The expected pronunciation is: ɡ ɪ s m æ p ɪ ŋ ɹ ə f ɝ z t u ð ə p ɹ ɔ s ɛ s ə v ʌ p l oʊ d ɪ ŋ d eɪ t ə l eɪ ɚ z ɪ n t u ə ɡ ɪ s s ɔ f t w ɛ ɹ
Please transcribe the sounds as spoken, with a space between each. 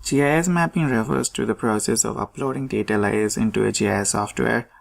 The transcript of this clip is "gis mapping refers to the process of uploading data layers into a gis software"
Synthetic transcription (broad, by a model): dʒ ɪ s m æ p ɪ ŋ ɹ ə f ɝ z t u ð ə p ɹ ɔ s ɛ s ə v ʌ p l oʊ d ɪ ŋ d eɪ t ə l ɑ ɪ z ɪ n t u ə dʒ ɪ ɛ s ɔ f t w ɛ ɹ